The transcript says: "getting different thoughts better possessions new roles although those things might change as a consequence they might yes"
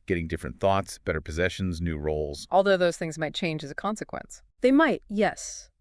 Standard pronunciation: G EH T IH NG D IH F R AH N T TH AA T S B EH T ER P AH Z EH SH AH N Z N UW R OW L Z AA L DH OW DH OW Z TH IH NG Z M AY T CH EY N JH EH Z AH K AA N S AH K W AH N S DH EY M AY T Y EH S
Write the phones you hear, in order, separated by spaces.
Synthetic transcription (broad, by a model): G EH T IH NG D IH F R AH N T TH AA T S B EH T ER P AH Z EH SH AH N Z N UW R OW L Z AA L DH OW DH OW Z TH IH NG Z M AY T CH EY N JH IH Z AH K AA N S AH K W AH N S DH EY M AY T Y EH S